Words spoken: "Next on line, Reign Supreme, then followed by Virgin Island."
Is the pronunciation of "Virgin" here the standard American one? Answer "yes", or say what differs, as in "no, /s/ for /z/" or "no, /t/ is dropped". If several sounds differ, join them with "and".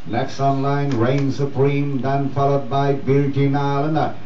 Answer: no, /b/ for /v/